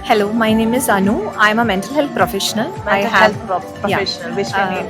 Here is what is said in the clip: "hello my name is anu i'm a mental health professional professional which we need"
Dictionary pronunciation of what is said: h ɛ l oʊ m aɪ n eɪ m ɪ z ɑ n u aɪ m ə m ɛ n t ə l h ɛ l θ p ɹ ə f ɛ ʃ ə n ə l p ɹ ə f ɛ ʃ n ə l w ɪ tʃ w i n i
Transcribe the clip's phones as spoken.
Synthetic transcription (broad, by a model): h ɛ l oʊ m aɪ n eɪ m ɪ z ɑ n u aɪ m ə m ɛ n t ə l h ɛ l t p ɹ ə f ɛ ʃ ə n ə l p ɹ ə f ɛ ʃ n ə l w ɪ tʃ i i